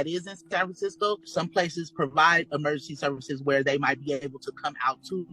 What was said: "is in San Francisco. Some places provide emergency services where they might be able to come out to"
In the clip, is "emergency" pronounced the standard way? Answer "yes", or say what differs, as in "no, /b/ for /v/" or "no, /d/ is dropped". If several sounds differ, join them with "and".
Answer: yes